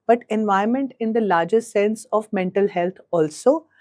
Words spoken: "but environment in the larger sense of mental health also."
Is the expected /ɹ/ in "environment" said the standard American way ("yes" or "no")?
no